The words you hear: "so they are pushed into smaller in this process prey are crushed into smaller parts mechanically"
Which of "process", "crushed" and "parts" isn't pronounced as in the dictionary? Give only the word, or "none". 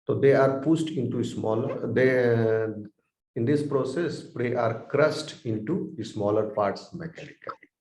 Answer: crushed